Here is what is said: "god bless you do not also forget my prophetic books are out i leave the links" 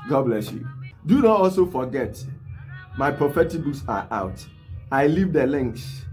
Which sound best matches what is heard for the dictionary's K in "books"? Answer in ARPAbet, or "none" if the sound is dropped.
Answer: none